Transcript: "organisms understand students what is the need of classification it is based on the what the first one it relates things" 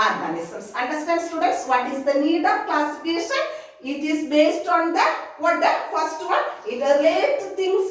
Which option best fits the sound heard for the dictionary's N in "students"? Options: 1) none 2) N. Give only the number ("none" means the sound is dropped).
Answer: 2